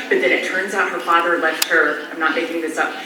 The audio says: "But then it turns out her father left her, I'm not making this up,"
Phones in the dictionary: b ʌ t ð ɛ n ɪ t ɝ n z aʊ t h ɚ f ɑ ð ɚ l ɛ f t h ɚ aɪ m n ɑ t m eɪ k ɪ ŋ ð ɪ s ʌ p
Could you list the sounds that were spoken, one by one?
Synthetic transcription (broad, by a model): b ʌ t ð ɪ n ɪ t ɝ n z aʊ t h ɚ f ɑ ð ɚ l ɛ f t h ɚ aɪ m n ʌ t m eɪ k ɪ ŋ ð ɪ s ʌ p